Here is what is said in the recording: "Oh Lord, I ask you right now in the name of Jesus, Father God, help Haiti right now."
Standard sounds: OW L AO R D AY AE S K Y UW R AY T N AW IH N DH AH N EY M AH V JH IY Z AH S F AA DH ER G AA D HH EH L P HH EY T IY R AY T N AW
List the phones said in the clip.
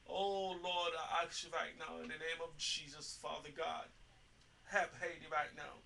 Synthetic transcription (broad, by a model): OW L AO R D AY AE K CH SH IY R AY T N AW IH N DH AH N EY M AH V JH IY Z AH S F AA DH ER G AA D HH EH P HH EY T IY R AY T N AW